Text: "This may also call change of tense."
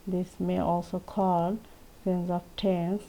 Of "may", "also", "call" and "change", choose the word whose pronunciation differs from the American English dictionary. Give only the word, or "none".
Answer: change